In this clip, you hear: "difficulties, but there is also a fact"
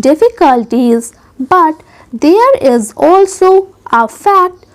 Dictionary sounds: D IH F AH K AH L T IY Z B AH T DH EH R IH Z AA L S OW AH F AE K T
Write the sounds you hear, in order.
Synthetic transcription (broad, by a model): D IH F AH K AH L T IY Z B AH T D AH R IH Z AA L S OW AH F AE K T